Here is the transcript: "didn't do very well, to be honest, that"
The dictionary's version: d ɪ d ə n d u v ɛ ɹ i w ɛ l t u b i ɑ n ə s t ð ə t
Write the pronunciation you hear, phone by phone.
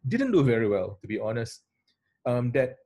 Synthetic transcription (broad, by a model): d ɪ d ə n d u v ɛ ɹ i w ɛ l t u b i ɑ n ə s t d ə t